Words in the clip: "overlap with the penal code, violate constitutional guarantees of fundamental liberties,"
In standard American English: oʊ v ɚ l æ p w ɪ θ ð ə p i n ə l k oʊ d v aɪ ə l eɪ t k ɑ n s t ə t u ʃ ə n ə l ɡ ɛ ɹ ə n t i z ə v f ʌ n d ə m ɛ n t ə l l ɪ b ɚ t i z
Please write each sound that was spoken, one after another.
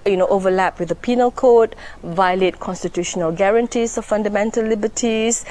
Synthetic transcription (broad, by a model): oʊ v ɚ l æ p w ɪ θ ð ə p i n ə l k oʊ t v aɪ ə l eɪ t k ɑ n s t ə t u ʃ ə n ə l ɡ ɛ ɹ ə n t i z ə f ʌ n d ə m ɛ n t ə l l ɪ b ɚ t i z